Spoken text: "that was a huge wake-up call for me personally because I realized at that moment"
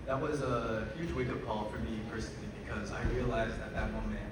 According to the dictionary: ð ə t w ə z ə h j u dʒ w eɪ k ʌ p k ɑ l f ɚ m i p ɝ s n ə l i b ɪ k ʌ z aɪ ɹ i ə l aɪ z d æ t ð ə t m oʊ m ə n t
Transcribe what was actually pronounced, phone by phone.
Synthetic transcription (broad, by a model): ð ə t w ə z ə h j u dʒ w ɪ k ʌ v k ɑ l f ɚ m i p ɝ s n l i b ɪ k ʌ z aɪ ɹ i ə l aɪ z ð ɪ t ð ə t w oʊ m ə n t